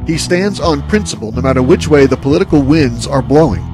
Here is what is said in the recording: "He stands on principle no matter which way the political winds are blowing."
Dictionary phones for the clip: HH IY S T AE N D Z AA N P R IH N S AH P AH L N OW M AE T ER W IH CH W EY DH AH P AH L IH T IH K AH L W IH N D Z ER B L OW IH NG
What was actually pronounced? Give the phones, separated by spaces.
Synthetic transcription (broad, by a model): HH IY S T AE N D Z N P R IH N S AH P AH L N OW M AE T ER W IH CH W EY DH AH P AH L IH T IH K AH L W IH N D Z ER B L OW IH NG